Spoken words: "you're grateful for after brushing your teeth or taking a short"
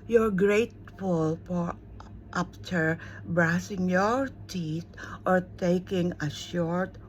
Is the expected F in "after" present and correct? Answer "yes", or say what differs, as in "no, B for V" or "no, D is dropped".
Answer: no, P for F